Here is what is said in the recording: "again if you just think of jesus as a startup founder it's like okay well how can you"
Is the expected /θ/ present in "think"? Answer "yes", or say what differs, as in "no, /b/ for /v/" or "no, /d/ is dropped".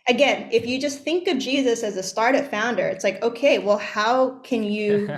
yes